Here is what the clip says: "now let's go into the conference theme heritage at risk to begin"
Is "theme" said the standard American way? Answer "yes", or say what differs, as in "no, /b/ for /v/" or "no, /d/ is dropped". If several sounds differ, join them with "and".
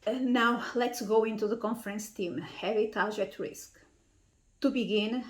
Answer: no, /t/ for /θ/